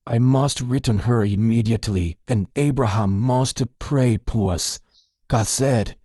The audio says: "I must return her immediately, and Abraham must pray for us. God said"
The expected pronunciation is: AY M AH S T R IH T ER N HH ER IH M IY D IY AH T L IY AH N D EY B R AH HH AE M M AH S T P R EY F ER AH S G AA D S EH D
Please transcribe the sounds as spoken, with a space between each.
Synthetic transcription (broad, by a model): AY M AH S T R IH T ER N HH ER IH M IY D IY AH T L IY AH N EY B R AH HH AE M M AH S T P R EY P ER AH S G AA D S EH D